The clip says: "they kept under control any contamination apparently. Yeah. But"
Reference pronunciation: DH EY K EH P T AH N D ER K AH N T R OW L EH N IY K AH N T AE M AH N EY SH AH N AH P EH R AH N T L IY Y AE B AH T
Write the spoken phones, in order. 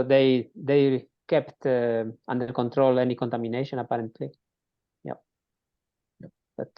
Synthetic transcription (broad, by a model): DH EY K EH P T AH N D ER K AH N T R OW L EH N IY K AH N T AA M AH N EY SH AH N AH P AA R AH N T L IY Y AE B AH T